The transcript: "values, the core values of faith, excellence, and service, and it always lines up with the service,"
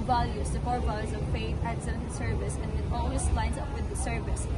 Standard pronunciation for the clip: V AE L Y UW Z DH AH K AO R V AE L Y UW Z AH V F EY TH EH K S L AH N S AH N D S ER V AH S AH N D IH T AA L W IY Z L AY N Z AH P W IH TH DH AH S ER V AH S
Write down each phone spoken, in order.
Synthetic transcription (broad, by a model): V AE L Y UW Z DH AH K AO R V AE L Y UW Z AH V P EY T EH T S AH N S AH S ER V AH S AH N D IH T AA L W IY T L AY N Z AH P W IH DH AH S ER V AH S